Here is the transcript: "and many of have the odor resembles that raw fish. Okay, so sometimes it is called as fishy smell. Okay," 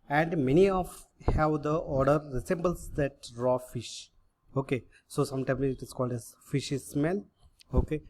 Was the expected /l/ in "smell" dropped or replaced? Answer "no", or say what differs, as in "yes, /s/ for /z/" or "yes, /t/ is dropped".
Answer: yes, /n/ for /l/